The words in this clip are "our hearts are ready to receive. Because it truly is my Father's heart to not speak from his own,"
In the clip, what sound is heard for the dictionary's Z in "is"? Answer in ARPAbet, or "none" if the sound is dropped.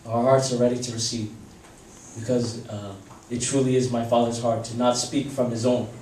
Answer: Z